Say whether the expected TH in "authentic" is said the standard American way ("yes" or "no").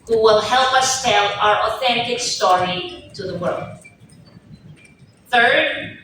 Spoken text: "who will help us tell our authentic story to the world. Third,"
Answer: yes